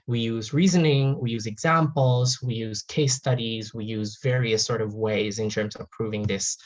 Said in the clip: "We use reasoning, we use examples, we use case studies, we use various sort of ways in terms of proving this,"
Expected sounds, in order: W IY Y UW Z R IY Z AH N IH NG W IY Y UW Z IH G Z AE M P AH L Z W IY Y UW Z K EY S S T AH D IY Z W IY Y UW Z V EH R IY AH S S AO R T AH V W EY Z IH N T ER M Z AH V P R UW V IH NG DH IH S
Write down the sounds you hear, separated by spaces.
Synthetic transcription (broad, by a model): W IY Y UW Z R IY Z AH N IH NG W IY Y UW Z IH G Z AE M P L Z W IY Y UW Z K EY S S T AH D IY Z W IY Y UW Z V EH R IY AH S S AO R T AH V W EY Z IH N T ER M Z AH V P R UW V IH NG DH IH S